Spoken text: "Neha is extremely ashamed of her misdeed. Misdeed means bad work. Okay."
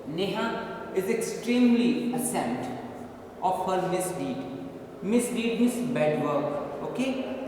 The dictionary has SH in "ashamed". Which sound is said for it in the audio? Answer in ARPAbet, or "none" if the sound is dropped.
S